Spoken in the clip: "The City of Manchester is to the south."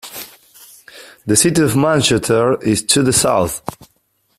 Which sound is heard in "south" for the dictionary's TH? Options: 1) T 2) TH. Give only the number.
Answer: 2